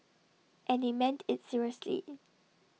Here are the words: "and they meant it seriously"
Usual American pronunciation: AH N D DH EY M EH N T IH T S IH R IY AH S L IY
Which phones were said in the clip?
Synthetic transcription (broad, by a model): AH N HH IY M EH N T IH T S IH R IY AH S L IY